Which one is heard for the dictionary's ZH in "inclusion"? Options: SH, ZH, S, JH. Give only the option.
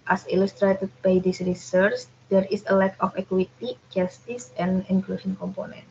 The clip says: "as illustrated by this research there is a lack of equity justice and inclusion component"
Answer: SH